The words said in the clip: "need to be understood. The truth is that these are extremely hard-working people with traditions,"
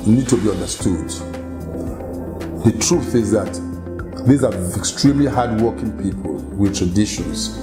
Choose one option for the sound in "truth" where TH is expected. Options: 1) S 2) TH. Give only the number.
2